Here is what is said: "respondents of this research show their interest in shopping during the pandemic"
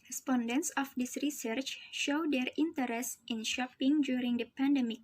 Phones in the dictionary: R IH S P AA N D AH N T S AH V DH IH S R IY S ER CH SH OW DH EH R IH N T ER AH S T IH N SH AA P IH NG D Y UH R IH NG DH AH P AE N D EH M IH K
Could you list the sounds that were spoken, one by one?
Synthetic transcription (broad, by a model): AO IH S P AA N D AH N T S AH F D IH S R IY S ER CH SH OW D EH R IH N T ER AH S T IH N SH AA P IH NG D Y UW R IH NG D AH P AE N D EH M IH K